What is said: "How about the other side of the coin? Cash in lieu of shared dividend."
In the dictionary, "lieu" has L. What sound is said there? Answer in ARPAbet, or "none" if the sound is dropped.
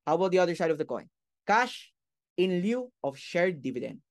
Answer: L